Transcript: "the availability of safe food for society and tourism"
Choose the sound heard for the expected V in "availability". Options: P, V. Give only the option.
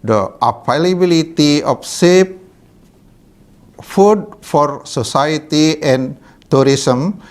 P